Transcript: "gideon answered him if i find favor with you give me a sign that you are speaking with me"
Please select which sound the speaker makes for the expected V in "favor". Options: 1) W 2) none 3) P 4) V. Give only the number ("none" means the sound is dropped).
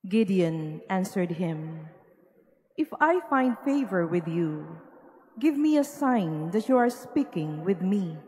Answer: 4